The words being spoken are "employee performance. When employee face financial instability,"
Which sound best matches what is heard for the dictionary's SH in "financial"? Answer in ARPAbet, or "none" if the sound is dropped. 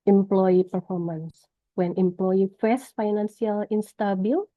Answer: S